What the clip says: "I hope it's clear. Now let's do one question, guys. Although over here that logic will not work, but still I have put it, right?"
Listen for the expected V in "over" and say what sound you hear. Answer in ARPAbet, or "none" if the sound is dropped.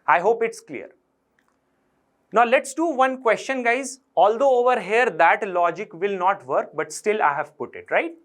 V